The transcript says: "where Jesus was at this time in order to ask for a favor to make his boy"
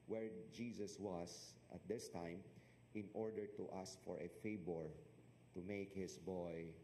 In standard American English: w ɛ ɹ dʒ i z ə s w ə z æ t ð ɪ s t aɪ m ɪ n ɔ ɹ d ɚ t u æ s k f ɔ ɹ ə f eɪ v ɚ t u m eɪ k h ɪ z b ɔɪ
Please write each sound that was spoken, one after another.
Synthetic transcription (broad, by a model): w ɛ ɹ dʒ i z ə s w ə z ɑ t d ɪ s t aɪ m ɪ n ɔ ɹ d ɚ t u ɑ s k f ɔ ɹ ə f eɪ b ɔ t u m eɪ k h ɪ s b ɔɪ